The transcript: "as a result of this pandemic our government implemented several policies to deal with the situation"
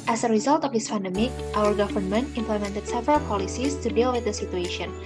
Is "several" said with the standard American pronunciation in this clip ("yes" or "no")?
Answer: yes